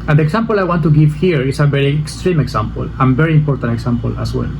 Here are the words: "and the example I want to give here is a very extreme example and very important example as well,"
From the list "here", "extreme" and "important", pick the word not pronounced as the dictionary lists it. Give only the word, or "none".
none